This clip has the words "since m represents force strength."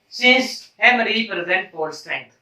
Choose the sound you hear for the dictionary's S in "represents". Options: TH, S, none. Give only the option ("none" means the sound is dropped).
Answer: none